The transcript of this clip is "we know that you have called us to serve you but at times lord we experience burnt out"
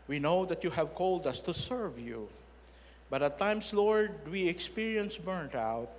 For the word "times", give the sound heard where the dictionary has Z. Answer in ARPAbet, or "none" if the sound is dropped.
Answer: S